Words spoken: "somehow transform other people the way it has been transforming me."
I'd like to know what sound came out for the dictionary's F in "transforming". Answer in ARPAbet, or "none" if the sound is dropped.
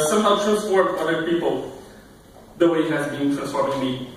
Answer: none